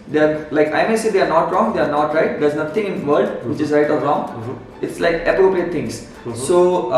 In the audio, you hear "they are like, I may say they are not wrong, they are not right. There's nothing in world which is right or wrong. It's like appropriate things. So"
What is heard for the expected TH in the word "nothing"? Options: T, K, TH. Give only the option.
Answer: T